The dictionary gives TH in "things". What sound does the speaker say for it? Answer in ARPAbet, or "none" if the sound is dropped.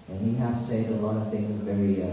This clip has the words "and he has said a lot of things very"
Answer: TH